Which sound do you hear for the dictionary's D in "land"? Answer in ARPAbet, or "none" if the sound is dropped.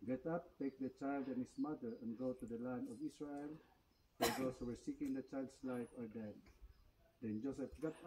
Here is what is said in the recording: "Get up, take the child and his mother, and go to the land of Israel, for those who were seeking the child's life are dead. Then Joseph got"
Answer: D